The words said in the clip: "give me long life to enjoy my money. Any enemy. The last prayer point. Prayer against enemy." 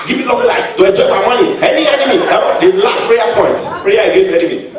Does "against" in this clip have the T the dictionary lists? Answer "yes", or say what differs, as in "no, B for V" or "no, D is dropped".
no, T is dropped